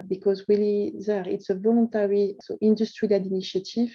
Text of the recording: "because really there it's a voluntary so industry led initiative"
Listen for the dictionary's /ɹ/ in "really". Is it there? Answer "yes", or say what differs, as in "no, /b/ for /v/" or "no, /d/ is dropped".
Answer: no, /w/ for /ɹ/